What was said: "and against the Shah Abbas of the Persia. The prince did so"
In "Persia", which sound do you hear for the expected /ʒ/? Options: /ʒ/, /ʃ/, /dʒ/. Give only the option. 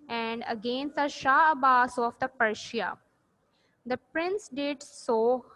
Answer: /ʃ/